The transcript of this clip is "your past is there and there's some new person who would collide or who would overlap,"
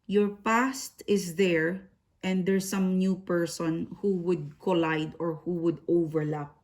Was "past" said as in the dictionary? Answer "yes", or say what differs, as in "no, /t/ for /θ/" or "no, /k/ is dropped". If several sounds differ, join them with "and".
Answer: yes